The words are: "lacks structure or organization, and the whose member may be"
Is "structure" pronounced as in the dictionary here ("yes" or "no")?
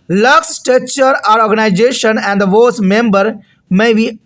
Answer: no